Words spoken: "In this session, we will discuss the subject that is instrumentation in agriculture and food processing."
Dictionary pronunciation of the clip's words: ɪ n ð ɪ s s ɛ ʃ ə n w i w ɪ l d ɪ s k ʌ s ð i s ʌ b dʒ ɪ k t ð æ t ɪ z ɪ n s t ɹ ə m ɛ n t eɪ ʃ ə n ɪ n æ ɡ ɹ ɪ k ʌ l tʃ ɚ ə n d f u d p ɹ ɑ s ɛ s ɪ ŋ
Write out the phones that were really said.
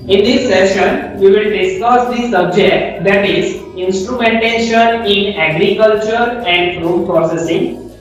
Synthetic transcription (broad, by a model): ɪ n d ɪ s s ɛ ʃ ə n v i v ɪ l d ɪ s k ʌ s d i s ʌ b dʒ ɪ k t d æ t ɪ z ɪ n s t ɹ ə m ɛ n t eɪ ʃ ə n ɪ n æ ɡ ɹ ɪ k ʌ l tʃ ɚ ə n d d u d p ɹ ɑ s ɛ s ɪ ŋ